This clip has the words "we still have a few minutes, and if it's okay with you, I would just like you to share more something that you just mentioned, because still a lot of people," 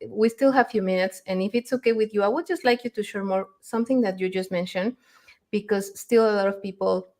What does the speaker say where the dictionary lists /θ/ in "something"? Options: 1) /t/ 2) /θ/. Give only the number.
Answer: 2